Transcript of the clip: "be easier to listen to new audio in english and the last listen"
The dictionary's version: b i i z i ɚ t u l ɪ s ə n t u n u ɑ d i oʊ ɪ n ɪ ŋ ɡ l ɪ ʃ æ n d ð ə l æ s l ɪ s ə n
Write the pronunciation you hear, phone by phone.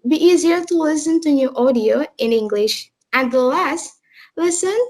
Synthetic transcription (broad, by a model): b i i z i ɚ t u l ɪ s ə n t u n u ɑ d i oʊ ɪ n ɪ ŋ ɡ l ɪ ʃ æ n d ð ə l æ s l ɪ s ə n